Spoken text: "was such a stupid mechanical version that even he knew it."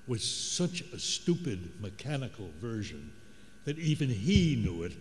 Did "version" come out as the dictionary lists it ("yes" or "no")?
yes